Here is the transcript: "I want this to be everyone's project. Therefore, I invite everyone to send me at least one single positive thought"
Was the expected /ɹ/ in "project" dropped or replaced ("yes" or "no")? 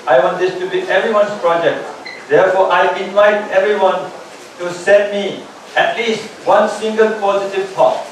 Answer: no